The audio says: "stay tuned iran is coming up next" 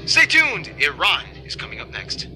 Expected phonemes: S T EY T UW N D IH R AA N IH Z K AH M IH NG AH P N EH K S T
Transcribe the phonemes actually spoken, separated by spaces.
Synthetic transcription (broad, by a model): S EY T UW N D IH R AA N IH Z K AH M IH NG AH P N EH K S T